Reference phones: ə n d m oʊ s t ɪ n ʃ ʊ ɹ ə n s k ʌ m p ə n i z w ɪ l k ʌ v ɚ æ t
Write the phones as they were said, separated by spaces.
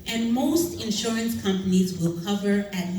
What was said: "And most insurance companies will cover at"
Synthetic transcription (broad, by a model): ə n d m oʊ s t ɪ n ʃ ʊ ɹ ə n s k ʌ m p ə n i z w ɪ l k ʌ v ɚ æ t